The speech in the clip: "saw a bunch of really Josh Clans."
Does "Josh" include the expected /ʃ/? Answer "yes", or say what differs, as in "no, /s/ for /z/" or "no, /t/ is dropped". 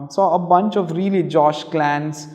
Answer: yes